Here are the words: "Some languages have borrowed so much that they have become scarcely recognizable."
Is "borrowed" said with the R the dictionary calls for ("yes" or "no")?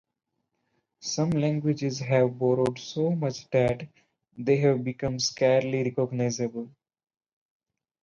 yes